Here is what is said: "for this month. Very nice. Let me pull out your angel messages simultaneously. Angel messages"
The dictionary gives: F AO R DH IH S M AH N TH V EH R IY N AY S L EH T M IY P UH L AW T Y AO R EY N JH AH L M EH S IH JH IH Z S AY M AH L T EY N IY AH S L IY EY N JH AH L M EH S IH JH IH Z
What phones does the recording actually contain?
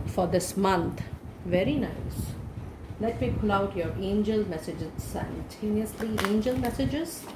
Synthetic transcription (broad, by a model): F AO R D IH S M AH N T V EH R IY N AY S L EH T M IY P UH L AW T Y AO R EY N JH AH L M EH S IH JH IH Z S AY AH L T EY N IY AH S L IY EY N JH AH L M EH S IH JH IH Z